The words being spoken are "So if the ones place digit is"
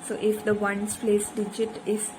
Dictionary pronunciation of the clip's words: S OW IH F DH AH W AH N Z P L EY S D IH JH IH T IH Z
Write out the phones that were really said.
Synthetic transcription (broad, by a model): S OW IH F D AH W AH N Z P L EY S D IH JH IH T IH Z